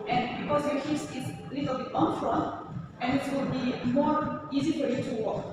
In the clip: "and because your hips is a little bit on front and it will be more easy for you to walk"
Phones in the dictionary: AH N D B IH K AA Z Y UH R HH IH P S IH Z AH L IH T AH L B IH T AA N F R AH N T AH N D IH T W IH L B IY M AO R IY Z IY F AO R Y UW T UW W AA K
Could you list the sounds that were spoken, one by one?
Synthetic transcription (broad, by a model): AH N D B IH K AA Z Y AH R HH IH S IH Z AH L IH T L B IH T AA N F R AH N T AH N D IH T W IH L B IY M AO R IY Z IY F AO R Y UW T UW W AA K